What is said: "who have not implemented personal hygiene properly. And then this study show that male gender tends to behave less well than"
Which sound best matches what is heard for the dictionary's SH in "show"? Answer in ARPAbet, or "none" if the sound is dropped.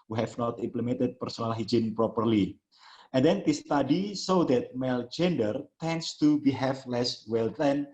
S